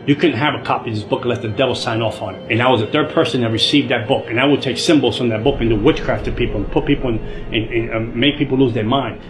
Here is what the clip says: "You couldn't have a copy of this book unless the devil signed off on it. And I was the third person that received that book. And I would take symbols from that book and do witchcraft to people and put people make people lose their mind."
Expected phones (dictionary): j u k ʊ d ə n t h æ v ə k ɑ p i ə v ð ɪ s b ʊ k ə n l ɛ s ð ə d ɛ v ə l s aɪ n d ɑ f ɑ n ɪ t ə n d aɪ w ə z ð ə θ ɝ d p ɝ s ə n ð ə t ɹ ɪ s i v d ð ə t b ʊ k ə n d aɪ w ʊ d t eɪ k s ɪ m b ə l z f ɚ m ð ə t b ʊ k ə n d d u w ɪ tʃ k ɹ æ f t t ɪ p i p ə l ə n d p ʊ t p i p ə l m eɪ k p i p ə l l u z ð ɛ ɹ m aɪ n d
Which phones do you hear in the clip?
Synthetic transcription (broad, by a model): j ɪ k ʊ d n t h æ v ə k ɑ p i ð ɪ s b ʊ k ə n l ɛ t ð ə d ɛ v l s aɪ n ɑ f n ɪ t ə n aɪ w ə z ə θ ɝ d p ɝ s ə n ð ə t ɹ ɪ s i v d ð ə t b ʊ k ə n aɪ w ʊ d t eɪ k s ɪ m b l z f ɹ ð ə t b ʊ k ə n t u w ɪ tʃ k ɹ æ f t t ɪ p i p l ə n p ʊ t p i p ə n m eɪ k p i p l l u z ð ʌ ɹ m aɪ n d